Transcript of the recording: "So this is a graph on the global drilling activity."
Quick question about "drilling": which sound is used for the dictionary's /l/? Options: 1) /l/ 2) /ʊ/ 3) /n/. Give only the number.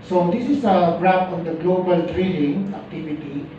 3